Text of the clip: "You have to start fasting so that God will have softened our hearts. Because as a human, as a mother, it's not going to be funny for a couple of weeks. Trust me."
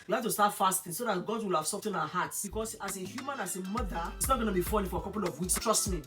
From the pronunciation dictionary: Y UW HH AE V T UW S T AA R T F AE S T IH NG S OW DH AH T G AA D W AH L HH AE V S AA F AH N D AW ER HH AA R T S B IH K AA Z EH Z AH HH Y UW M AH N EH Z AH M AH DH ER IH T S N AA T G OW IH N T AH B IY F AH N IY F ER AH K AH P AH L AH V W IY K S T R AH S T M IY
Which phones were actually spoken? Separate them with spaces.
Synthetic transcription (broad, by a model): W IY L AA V T UW S T AA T F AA S T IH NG S OW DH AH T G AA D W AH L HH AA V S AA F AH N AW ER HH AA T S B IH K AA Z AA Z AH HH Y UW M AH N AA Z AH M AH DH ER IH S N AA T G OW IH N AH B IY F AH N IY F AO AH K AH P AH L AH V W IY S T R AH S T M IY